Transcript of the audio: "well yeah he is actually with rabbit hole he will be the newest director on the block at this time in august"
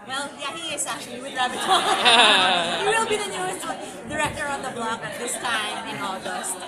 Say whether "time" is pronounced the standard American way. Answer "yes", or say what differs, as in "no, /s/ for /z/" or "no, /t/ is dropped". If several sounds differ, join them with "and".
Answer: no, /m/ is dropped